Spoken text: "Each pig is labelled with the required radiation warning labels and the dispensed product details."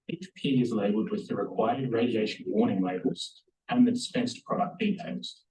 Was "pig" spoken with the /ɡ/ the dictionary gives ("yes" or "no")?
no